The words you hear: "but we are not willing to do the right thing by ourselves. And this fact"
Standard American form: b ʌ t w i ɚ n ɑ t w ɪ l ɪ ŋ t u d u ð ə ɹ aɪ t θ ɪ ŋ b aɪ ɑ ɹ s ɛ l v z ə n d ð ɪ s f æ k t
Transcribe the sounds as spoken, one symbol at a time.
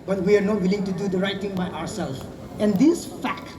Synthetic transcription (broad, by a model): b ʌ t w i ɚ n ɑ t w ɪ l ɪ ŋ t u d u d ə ɹ aɪ t t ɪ ŋ b aɪ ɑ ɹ s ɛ l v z ə n d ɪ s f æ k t